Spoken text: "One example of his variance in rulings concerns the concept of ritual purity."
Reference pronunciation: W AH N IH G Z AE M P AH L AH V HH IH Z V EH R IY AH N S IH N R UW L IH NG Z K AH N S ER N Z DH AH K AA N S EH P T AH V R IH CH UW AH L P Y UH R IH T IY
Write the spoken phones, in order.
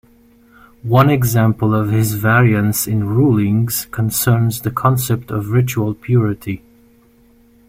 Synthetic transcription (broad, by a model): W AH N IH G Z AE M P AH L AH V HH IH Z V EH R IY AH N S IH N R UW L IH NG Z K AH N S ER N Z DH AH K AA N S EH P T AH V R IH CH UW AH L P Y UH R IH T IY